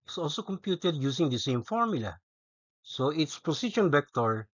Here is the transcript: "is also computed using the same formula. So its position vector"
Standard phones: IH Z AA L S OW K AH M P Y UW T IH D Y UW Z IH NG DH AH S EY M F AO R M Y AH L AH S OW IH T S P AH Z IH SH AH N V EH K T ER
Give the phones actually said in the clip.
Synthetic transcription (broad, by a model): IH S AA L S OW K AH M P Y UW T IH D Y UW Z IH NG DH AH S EY M F AO R M Y AH L AH S OW IH T S P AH S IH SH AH N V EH K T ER